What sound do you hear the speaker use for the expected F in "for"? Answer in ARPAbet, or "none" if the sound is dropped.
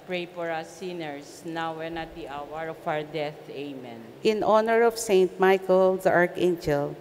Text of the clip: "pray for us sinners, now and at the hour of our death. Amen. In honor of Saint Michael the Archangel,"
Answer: P